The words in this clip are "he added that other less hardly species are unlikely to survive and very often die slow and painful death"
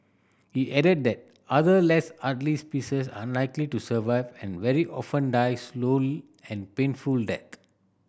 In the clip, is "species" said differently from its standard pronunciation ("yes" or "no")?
yes